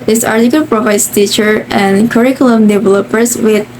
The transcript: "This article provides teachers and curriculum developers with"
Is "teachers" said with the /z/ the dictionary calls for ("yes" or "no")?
no